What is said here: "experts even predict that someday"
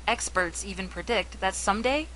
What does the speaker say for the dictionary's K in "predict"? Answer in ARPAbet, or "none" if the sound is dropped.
K